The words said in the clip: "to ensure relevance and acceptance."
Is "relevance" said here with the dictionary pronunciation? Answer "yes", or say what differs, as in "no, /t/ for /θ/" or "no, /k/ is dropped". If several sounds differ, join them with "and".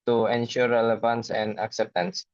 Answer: yes